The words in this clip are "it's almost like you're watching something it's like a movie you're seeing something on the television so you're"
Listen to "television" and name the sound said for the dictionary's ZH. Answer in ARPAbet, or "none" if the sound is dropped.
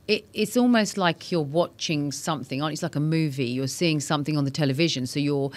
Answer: ZH